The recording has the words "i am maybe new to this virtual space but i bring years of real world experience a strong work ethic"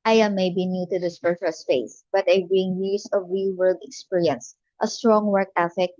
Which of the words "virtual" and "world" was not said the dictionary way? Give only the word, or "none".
virtual